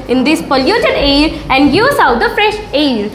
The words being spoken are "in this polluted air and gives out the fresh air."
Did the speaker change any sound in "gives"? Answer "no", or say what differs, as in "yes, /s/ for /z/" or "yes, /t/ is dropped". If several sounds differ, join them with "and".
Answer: yes, /v/ is dropped